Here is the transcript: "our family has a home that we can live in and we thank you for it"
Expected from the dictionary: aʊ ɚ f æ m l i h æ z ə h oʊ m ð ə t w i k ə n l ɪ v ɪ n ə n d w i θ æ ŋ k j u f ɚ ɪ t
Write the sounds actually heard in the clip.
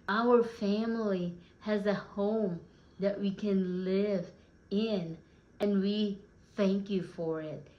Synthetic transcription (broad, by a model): aʊ ɚ f æ m l i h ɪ z ə h oʊ m ð ə t w i k ə n l ɪ v ɪ n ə n w i θ æ ŋ k j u f ɚ ɪ t